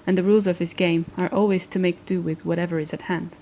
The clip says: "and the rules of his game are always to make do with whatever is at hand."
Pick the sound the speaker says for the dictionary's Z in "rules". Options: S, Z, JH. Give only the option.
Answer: Z